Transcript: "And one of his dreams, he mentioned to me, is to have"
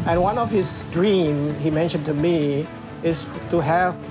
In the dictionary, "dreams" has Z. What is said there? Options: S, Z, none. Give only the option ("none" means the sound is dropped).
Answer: none